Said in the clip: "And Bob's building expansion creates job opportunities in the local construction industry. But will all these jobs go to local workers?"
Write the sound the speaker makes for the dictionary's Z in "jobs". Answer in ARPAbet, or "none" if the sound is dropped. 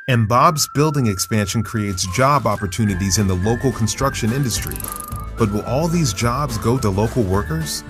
Z